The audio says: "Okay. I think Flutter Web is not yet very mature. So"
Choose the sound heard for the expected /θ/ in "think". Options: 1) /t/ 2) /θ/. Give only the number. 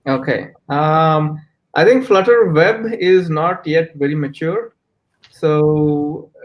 1